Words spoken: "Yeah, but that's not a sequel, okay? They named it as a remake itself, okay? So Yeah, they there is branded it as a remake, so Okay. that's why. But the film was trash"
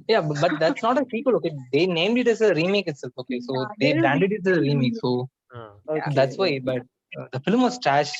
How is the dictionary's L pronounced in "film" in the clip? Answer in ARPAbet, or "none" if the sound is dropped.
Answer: L